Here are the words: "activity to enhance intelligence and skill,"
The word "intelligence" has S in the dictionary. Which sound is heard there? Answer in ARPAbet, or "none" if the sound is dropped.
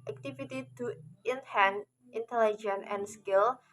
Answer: none